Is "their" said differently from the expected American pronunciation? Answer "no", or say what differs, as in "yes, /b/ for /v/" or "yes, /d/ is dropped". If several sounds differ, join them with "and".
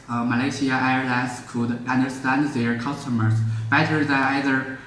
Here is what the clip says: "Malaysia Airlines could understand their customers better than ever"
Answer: no